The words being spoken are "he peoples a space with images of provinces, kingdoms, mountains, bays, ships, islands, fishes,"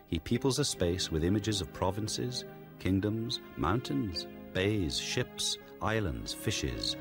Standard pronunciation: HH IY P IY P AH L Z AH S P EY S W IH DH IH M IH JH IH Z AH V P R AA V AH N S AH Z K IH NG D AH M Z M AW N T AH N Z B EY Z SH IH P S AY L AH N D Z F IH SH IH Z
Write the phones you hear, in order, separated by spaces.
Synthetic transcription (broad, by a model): HH IY P IY P L Z AH S P EY S W IH DH IH M IH JH IH Z AH V P R AA V AH N S AH Z K IH NG D AH M Z M AW N T AH N Z B EY Z SH IH P S AY L AH N D Z F IH SH IH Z